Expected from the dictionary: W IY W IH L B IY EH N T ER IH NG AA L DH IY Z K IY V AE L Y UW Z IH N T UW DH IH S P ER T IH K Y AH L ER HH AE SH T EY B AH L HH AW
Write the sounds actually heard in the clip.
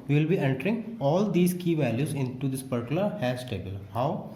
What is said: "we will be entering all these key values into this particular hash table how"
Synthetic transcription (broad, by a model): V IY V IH L B IY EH N T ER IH NG AA L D IY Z K IY V AE L Y UW Z IH N T UW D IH S P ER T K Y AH L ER HH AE S T EY B AH L HH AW